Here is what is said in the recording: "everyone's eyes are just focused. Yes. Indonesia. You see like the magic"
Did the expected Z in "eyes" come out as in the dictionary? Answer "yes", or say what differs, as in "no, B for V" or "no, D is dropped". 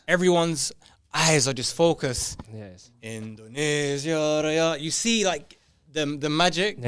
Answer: yes